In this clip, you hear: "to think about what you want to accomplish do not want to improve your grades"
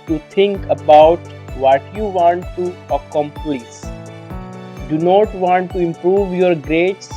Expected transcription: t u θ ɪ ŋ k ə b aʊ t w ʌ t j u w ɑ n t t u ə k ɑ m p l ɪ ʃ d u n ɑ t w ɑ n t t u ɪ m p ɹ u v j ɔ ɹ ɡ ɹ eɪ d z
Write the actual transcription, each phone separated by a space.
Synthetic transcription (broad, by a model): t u t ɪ ŋ k ə b aʊ t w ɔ t j u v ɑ n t t u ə k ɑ m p l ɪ s d u n ɑ t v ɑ n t t u ɪ m p ɹ u v j ɔ ɹ ɡ ɹ eɪ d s